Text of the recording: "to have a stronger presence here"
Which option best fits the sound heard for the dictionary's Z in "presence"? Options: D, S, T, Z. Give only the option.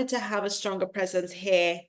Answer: Z